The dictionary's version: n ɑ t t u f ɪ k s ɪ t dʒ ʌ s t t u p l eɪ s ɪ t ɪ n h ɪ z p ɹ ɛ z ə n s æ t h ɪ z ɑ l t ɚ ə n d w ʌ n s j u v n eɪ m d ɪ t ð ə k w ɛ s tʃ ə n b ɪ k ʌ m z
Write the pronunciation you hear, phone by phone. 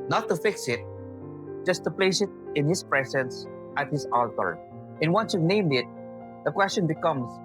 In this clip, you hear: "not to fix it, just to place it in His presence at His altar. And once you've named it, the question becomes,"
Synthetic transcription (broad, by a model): n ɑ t t u f ɪ k s ɪ t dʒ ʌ s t t u p l eɪ s ɪ t ɪ n h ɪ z p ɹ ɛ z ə n s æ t h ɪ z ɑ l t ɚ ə n w ʌ n s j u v n eɪ m d ɪ t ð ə k w ɛ s tʃ ə n b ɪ k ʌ m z